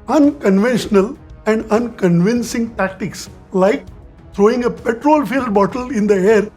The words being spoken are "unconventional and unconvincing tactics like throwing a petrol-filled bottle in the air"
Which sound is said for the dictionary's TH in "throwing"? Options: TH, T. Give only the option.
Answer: T